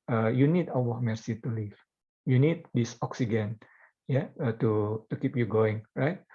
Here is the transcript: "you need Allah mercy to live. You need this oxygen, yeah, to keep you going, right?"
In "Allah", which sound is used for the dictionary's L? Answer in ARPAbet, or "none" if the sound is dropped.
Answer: W